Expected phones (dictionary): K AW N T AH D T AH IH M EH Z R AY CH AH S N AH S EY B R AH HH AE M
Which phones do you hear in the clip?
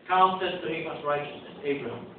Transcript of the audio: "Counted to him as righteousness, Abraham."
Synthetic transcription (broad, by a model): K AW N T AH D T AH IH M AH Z R AY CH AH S AH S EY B R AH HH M